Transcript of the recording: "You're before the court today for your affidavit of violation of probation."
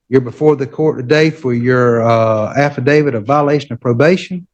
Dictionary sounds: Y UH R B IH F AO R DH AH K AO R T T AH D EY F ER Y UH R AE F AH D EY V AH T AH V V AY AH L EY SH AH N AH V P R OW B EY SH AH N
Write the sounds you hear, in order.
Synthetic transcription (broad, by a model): Y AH R B IH F AO R DH AH K AO R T T AH D EY F ER Y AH R AE F AH D EY V AH T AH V V AY AH L EY SH AH N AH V P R OW B EY SH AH N